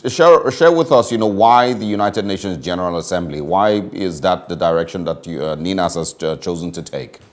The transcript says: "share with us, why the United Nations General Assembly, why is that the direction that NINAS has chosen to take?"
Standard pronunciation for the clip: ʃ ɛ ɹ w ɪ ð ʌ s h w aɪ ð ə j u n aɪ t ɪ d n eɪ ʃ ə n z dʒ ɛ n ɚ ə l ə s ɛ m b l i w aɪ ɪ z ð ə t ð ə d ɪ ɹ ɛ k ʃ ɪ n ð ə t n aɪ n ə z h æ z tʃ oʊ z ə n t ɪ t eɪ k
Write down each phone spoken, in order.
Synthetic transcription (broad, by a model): ʃ ɛ ɹ w ɪ ð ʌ s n w aɪ ð ə j u n aɪ t ɪ d n eɪ ʃ ə n z dʒ ɛ n ɚ ə l ə s ɛ m b l i w aɪ ɪ z ð ə t ð ə d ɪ ɹ ɛ k ʃ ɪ n ð ə t n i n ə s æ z tʃ oʊ z ə n t ɪ t eɪ k